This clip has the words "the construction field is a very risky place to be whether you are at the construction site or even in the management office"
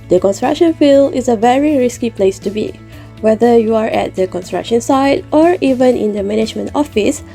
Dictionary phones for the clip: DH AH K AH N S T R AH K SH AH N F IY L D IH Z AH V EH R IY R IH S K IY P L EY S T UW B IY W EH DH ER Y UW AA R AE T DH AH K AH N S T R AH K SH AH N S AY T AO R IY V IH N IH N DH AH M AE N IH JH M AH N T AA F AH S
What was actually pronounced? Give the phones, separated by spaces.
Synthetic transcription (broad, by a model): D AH K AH N S T R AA K SH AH N F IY L IH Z AH V EH R IY R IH S K IY P L EY S T UW B IY W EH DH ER Y UW AA R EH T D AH K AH N S T R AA K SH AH N S AY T AO R IY V IH N IH N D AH M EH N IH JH M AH N T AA F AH S